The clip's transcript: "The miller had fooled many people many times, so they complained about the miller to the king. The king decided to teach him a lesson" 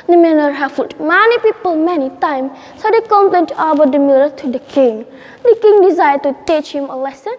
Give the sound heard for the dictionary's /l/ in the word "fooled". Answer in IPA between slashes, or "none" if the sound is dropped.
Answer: none